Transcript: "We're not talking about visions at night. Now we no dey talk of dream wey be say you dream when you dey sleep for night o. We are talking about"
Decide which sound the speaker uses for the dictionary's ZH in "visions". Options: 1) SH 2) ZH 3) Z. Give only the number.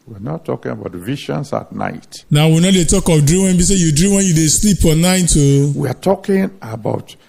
1